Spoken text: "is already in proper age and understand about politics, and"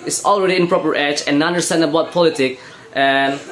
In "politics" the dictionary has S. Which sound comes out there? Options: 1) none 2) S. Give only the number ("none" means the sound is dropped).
1